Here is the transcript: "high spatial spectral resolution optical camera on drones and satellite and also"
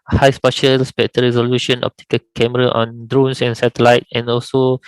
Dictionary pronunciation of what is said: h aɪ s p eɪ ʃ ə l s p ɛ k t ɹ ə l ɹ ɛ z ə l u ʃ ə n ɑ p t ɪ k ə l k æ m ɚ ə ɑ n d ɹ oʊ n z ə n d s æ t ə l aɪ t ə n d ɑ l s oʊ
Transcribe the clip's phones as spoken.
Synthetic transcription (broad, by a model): h aɪ s p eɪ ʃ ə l s p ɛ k t ə ɹ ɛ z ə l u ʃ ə n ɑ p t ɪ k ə k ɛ m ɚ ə ɑ n d ɹ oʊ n s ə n s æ t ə l aɪ t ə n ɑ l s oʊ